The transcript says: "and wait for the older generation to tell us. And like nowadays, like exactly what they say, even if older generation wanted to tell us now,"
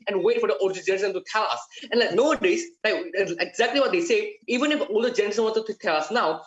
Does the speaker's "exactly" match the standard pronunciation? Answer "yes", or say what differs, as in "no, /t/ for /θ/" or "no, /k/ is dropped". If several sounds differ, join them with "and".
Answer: yes